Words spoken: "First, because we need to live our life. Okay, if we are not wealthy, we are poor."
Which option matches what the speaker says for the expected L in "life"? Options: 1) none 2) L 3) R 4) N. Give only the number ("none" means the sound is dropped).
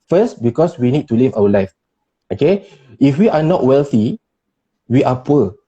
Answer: 2